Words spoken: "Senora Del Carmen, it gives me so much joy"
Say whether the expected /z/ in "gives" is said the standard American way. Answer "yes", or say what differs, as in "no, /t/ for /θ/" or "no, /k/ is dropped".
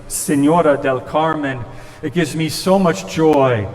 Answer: yes